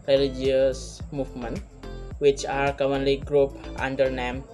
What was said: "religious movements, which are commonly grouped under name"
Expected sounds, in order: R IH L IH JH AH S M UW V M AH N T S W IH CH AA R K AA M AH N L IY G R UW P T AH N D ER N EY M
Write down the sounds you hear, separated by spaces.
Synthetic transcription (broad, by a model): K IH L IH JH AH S M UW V M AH N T W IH CH AA R K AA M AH N L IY G R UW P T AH N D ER N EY M